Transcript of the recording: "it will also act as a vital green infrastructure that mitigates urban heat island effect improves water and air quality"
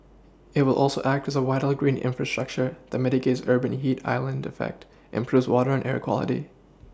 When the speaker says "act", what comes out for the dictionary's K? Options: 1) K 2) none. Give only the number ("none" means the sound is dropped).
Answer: 1